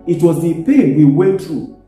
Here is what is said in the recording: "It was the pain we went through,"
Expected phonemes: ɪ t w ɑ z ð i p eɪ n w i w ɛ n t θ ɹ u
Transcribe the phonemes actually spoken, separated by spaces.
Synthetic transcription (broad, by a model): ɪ t w ɑ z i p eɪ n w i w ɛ t ɹ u